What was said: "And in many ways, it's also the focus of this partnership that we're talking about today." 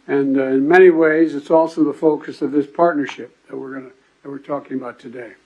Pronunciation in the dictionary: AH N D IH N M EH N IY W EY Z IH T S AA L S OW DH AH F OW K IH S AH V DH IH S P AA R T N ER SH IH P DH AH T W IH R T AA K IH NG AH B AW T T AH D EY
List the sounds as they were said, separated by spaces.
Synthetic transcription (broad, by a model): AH N IH N M EH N IY W EY Z IH T S AA L S OW DH AH F OW K IH S AH V DH IH S P AA R T N ER SH IH P DH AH T W IH R T AA K IH NG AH B AW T T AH D EY